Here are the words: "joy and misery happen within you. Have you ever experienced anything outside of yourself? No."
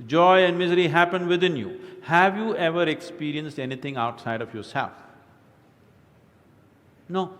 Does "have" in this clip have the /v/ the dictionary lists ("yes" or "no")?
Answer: yes